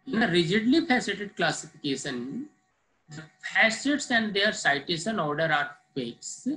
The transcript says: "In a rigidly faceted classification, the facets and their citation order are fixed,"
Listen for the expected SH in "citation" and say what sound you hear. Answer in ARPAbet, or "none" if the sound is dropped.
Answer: S